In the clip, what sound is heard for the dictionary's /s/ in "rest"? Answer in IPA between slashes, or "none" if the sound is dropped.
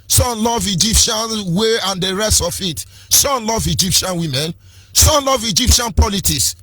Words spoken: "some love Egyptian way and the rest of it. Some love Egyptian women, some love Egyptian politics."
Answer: /s/